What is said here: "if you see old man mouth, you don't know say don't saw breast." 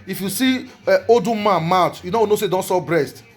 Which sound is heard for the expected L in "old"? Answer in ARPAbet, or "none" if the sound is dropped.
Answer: none